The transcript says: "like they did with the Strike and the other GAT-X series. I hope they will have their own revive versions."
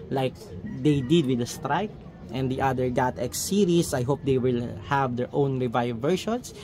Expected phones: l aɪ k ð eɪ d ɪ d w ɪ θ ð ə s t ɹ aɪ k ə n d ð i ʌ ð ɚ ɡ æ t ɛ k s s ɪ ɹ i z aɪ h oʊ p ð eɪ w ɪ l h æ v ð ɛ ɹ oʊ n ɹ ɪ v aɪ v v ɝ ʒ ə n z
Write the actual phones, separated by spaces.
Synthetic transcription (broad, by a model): l aɪ k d eɪ d ɪ d w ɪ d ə s t ɹ aɪ k ə n d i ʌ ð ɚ ɡ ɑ t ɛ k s s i ɹ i s aɪ h oʊ p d eɪ w ɪ l h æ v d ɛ ɹ oʊ n ɹ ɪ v aɪ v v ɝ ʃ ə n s